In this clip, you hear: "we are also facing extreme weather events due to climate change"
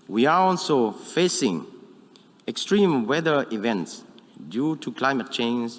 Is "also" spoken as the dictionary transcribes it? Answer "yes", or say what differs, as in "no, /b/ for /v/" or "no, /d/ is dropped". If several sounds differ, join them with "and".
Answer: yes